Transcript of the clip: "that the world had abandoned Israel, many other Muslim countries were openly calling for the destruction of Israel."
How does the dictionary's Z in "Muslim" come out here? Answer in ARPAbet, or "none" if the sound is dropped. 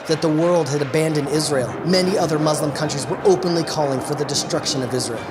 Z